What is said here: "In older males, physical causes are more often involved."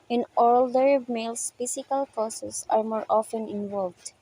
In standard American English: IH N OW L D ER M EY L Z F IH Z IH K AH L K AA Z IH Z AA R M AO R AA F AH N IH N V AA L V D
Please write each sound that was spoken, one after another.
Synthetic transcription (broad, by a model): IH N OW L D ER M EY L S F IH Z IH K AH L K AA S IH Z AA R M AO R AA F AH N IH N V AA L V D